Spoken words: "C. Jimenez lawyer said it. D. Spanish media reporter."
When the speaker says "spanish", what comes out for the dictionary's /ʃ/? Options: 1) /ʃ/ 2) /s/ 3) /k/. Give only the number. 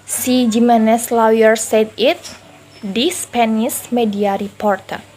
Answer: 2